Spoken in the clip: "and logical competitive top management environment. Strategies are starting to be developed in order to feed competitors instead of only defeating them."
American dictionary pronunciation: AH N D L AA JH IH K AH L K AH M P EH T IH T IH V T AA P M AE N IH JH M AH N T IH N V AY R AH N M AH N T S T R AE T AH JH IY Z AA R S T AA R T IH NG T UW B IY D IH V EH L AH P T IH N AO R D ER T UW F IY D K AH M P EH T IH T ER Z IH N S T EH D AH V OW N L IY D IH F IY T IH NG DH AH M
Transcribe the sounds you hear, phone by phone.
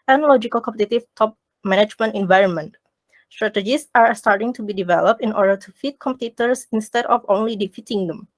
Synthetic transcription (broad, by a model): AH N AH L AA JH IH K AH L K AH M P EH T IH T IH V T AA P M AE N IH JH M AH N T IH N V AY R AH N M AH N T S T R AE T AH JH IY S AA R S T AA R T IH NG T UW B IY D IH V EH L AH P T IH N AO R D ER T UW F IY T K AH M P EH T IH T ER S IH N S T EH D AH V OW N L IY D IH F IY T IH NG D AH M